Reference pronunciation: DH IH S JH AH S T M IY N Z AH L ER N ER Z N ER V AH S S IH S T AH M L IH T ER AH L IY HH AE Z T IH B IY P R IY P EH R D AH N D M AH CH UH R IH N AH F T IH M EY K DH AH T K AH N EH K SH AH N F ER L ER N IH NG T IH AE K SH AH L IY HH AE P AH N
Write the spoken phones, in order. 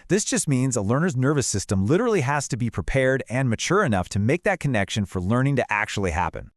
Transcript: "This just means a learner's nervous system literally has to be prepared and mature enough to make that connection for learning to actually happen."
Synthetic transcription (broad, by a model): DH IH S JH AH S T M IY N Z AH L ER N ER Z N ER V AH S S IH S T AH M L IH T ER L IY HH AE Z T IH B IY P R IY P EH R D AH N M AH CH UH R IH N AH F T IH M EY K DH AH T K AH N EH K SH AH N F ER L ER N IH NG T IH AE K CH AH L IY HH AE P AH N